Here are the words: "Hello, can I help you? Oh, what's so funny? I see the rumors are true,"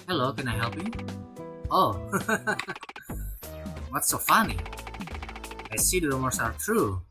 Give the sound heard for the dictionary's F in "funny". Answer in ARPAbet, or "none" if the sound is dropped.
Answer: F